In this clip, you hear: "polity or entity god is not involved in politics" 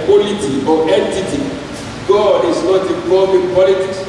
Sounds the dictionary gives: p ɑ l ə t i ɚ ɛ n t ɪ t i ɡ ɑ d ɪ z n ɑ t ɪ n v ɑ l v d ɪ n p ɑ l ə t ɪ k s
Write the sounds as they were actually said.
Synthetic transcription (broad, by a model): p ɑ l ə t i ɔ ɛ n t ɪ t i ɡ ɑ d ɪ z n ɑ t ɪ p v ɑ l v ɪ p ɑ l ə t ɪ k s